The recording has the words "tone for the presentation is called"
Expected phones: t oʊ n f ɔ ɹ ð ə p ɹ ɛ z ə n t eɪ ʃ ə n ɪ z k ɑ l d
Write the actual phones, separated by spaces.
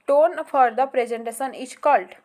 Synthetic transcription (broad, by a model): t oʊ n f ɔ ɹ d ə p ɹ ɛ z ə n t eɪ s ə n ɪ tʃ k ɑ l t